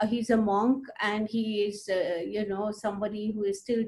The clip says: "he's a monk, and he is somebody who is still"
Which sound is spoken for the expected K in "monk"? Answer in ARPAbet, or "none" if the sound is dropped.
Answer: K